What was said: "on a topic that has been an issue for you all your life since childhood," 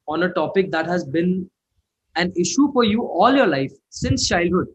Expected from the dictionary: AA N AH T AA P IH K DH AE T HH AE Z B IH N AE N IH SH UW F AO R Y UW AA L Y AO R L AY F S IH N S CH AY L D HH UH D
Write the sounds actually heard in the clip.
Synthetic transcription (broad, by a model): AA N AH T AA P IH K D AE T HH AE Z B IH N AE N IH SH UW F AO R Y UW AA L Y AO R L AY F S IH N S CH AY L D HH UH D